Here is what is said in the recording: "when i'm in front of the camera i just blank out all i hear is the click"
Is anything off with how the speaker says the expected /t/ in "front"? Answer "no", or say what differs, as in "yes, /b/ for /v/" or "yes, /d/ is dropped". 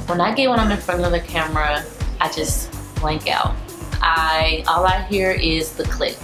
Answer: yes, /t/ is dropped